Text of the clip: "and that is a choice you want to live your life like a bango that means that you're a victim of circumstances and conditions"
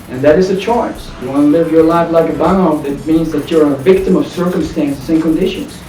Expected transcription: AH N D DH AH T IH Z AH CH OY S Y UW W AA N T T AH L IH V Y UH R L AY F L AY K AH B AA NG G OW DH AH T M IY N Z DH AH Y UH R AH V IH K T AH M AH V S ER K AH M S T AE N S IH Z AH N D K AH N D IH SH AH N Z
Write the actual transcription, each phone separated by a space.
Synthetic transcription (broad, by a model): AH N DH AH T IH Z AH CH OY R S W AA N L IH V Y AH R L AY F L AY K AH B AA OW DH AH T M IY N Z DH AH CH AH R AH V IH K T AH M AH V S ER K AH M S T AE N S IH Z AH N K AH N D IH SH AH N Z